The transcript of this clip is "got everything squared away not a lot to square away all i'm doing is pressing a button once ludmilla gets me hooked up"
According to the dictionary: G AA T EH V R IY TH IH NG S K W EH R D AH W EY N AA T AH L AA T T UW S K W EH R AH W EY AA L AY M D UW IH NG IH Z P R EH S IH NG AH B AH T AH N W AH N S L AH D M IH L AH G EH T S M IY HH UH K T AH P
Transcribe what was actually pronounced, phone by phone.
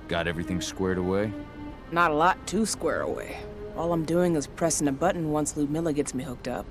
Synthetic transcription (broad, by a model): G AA T EH V R IY TH IH NG S K W EH R D AH W EY N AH T AH L AA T T UW S K W EH R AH W EY AA L AY M D UW IH NG IH Z P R EH S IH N AH B AH T N W AH N S L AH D M IH L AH G EH T S M IY HH UH K T AH P